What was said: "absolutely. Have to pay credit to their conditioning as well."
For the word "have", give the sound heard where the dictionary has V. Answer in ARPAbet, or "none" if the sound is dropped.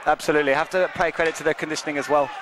F